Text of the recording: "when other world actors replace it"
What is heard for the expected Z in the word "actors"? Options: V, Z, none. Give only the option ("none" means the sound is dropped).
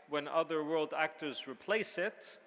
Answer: Z